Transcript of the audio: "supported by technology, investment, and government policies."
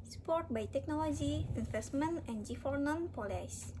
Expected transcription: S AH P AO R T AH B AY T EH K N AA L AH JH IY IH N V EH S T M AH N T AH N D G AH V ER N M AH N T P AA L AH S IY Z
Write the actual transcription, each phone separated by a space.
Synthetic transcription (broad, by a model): S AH P AO R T B AY T EH K N AA L AH JH IY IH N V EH S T M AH N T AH N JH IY F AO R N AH N P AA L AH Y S